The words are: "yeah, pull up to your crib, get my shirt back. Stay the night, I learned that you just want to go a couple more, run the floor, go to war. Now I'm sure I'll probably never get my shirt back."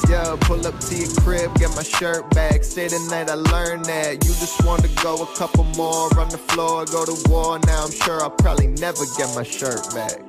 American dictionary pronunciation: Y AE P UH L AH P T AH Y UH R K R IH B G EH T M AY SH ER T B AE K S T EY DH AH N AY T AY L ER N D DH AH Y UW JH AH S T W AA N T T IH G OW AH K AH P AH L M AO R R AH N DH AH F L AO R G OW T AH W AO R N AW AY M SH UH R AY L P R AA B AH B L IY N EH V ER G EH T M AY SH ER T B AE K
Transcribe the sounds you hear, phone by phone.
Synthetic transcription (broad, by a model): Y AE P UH L AH P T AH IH K R IH B G EH T M AY SH ER T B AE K S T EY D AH N AY T AY L ER N DH AH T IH JH AH S T W AA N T T IH G OW AH K AH P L M AO R R AH N DH AH F L AO R G OW T AH W AO R N AW AY M SH UH R AY L P R AA B AH B L IY N EH V ER G EH T M AY SH ER T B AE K